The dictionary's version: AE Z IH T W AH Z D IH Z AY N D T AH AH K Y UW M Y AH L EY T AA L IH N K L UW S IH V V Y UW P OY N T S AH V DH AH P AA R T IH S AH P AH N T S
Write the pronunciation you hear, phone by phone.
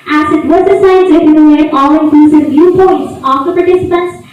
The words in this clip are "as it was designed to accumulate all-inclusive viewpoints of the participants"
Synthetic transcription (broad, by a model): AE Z IH T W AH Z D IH S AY D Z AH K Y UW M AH N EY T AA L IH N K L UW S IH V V Y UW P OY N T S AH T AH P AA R T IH S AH P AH N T S